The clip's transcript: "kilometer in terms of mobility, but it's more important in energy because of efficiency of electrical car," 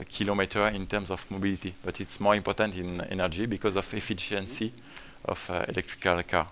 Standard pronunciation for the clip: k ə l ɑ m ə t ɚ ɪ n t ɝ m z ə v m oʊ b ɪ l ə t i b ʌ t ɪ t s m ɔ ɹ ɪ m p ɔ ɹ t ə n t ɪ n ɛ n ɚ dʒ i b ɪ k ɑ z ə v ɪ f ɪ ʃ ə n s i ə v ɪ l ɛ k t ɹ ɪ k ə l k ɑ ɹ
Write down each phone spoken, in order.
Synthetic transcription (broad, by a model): k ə l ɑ m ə t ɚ ɪ n t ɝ m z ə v m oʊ b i l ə t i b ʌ t ɪ t s m ɔ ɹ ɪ m p ɔ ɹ t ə n t ɪ n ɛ n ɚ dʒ i b ɪ k ɑ z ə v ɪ f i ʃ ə n s i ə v ɪ l ɛ k t ɹ ɪ k ə l k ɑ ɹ